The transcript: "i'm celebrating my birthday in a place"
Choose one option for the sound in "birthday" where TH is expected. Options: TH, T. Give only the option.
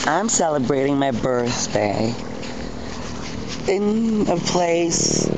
TH